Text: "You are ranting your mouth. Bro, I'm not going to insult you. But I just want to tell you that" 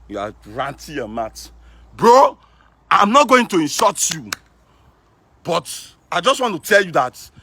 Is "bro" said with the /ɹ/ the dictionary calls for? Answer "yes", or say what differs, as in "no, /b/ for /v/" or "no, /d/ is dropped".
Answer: yes